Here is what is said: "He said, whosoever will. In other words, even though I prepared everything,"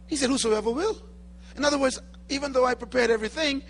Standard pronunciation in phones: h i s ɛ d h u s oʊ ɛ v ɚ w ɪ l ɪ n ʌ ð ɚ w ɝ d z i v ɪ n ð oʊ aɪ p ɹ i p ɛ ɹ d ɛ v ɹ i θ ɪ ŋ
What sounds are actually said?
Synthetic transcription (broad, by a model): h i s ɛ d h u s oʊ ɛ v ɚ w ɪ l ɪ n ʌ ð ɚ w ɝ d z i v ɪ n ð oʊ aɪ p ɹ i p ɛ ɹ d ɛ v ɹ i θ ɪ ŋ